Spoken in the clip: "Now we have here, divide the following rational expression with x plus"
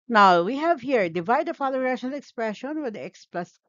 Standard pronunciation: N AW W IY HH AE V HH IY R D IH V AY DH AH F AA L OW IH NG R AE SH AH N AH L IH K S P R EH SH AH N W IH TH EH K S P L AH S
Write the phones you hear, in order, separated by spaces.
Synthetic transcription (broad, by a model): N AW W IY HH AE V HH IY R D IH V AY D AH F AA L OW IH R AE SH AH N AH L IH K S P R EH SH AH N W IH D EH K S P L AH S